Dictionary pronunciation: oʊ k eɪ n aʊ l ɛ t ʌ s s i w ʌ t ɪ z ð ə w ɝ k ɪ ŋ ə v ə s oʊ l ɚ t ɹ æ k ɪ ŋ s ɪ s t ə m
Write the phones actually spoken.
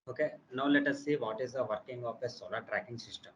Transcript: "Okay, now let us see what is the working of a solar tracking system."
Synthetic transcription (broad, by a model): oʊ k eɪ n aʊ l ɛ t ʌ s s i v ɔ t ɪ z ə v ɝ k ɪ ŋ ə p ə s oʊ l ɚ t ɹ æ k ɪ ŋ s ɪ s t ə m